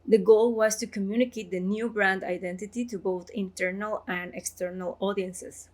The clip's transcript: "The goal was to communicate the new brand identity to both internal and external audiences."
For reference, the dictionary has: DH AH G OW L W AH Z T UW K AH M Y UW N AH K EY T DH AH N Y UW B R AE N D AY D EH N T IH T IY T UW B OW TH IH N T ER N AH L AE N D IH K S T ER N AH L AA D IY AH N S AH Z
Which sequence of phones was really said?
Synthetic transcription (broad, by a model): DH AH G OW L W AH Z T UW K AH M Y UW N AH K EY T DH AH N Y UW B R AE N D AY D EH N T IH T IY T UW B OW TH IH N T ER N AH L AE N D IH K S T ER N AH L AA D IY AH N S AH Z